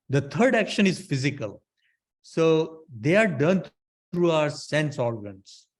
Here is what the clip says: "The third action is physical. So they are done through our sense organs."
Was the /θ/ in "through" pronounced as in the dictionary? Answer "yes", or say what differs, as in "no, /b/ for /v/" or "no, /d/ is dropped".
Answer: no, /t/ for /θ/